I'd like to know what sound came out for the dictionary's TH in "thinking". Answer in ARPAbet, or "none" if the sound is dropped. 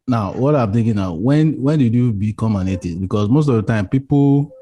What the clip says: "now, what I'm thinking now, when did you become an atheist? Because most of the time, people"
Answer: T